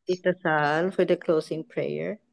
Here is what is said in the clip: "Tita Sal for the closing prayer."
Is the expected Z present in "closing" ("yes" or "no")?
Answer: no